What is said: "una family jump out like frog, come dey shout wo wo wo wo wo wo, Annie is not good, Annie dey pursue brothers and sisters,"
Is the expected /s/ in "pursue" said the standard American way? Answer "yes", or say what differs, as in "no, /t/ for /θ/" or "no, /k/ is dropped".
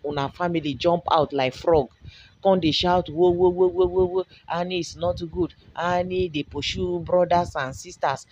no, /ʃ/ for /s/